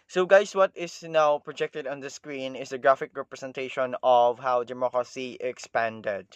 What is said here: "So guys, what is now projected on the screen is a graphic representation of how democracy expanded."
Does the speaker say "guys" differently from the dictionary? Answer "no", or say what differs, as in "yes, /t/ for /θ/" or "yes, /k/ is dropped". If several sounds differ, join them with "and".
yes, /s/ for /z/